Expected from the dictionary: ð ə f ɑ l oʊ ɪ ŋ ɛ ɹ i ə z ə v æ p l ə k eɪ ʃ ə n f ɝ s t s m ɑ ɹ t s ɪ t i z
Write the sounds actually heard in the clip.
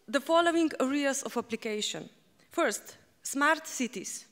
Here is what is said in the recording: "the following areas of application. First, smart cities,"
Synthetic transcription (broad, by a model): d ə f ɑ l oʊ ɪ ŋ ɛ ɹ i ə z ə f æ p l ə k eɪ ʃ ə n f ɝ s t s m ɑ ɹ t s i t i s